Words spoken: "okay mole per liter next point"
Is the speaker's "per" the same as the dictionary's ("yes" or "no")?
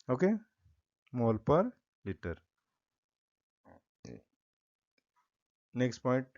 yes